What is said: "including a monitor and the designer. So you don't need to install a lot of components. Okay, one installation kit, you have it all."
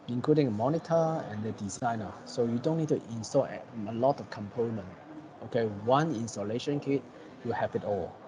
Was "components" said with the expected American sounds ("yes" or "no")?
no